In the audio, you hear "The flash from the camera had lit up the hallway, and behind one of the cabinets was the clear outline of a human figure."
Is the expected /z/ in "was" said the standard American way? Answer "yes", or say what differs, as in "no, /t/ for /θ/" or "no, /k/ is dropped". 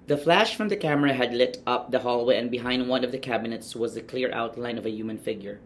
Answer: yes